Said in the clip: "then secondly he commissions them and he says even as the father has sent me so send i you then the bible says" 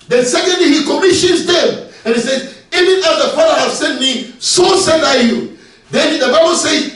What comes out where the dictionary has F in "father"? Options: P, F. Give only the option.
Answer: P